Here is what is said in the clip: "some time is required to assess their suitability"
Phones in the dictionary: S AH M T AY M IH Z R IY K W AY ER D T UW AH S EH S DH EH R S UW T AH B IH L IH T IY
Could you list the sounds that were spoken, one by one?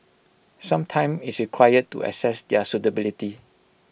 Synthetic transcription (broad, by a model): S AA M T AY M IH S R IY K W AY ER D T UW AH S EH S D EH S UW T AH B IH L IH T IY